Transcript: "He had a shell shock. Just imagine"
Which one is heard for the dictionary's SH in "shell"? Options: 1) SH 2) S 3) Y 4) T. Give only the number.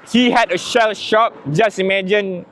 1